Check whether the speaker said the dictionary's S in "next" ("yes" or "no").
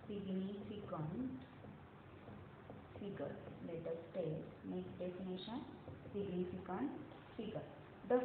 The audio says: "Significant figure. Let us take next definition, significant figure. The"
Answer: no